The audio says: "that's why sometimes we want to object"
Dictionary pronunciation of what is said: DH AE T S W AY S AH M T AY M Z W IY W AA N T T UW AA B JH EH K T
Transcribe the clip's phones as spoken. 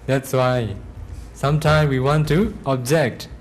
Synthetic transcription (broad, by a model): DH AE T S W AY S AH M T AY M W IY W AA N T T UW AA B JH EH K T